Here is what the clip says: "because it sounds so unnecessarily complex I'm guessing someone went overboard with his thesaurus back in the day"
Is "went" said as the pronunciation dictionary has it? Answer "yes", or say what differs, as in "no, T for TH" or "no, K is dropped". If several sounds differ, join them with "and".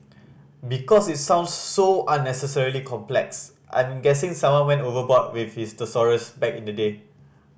no, T is dropped